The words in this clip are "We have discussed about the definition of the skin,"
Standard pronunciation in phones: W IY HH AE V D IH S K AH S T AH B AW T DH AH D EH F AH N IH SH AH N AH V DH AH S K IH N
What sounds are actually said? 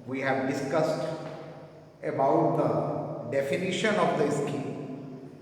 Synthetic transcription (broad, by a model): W IY HH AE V D IH S K AH S T AH B AW T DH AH D EH F AH N IH SH AH N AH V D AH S K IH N